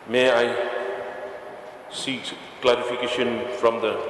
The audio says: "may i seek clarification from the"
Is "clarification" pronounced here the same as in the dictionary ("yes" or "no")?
no